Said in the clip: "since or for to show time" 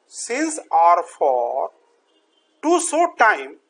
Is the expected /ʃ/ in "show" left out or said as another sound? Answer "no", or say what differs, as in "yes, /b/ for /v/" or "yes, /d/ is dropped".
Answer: yes, /s/ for /ʃ/